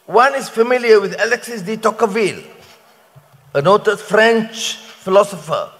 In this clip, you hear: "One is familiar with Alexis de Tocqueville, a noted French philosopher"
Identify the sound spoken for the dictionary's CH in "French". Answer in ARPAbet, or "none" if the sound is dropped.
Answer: CH